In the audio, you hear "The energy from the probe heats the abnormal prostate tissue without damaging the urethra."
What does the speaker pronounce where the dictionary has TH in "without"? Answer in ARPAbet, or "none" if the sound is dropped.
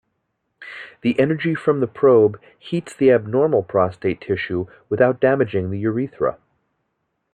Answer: TH